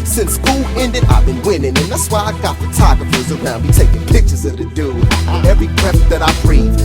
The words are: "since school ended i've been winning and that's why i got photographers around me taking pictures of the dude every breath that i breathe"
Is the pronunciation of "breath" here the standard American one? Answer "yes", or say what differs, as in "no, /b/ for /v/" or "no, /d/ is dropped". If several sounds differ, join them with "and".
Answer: no, /t/ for /θ/